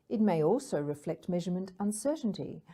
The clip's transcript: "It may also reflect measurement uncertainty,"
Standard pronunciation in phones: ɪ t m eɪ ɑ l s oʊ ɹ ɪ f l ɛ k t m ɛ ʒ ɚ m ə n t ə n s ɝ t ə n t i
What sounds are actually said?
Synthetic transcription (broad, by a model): ɪ t m eɪ ɑ l s oʊ ɹ ɪ f l ɛ k t m ɛ ʒ ɚ m ə n t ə n s ɝ t n t i